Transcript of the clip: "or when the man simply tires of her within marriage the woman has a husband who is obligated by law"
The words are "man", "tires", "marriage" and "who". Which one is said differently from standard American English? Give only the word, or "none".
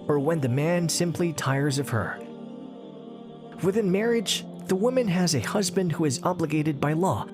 none